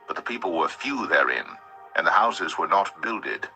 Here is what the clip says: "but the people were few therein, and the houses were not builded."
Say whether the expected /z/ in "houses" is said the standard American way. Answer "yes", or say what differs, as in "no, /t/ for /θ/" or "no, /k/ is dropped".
yes